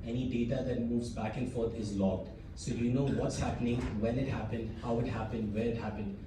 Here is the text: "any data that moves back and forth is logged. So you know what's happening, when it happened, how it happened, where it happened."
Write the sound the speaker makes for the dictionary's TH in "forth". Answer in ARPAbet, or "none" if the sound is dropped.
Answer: T